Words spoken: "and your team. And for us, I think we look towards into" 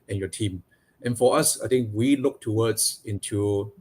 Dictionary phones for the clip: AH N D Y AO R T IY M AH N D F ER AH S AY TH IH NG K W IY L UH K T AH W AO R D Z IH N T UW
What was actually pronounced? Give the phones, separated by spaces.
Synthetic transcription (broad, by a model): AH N Y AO T IY M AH N F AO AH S AY T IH NG K W IY L UH K T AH W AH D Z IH N T UW